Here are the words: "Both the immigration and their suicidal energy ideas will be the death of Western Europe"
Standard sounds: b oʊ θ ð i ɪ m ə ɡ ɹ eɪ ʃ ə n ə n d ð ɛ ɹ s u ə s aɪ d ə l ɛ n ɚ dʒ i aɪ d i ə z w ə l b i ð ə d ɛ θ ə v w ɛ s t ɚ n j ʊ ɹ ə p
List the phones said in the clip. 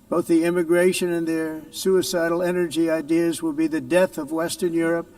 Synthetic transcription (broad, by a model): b oʊ θ ð i ɪ m ə ɡ ɹ eɪ ʃ ə n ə n ð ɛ ɹ s u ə s aɪ d l ɛ n ɚ dʒ i aɪ d i ə z w ə l b i ð ə d ɛ θ ə v w ɛ s t ɚ n j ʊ ɹ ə p